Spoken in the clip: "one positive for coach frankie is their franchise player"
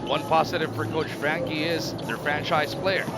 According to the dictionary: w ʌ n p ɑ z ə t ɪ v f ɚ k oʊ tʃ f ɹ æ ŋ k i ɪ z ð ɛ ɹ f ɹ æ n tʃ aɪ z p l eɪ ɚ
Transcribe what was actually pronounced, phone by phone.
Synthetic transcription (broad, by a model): w ʌ n p ɑ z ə t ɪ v f ɚ k oʊ tʃ f ɹ æ ŋ k i ɪ z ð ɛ ɹ f ɹ æ n tʃ aɪ z p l eɪ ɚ